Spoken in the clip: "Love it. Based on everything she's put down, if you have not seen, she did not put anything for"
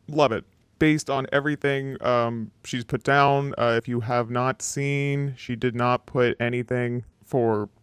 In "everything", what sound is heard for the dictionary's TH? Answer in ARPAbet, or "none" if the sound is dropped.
TH